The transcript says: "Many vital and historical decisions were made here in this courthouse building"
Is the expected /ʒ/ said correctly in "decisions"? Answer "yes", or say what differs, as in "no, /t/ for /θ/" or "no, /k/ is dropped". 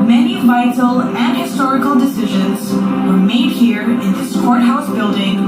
yes